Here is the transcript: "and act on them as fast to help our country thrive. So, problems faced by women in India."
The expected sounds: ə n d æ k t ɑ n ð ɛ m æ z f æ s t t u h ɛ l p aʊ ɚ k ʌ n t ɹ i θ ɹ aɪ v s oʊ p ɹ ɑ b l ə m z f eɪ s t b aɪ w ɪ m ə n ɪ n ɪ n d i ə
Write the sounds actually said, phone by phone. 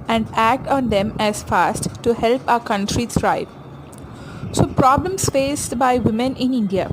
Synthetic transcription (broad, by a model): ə n d æ k t ɑ n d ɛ m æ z f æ s t t u h ɛ l p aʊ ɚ k ʌ n t ɹ i s ɹ aɪ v s oʊ p ɹ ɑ b l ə m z f eɪ s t b aɪ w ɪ m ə n ɪ n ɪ n d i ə